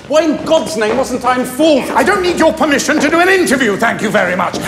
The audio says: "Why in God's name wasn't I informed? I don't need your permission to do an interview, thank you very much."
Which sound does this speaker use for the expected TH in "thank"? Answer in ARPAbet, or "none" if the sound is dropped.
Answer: TH